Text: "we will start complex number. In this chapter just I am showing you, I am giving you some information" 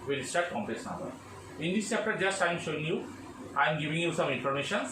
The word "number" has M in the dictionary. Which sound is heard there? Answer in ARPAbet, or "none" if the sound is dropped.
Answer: none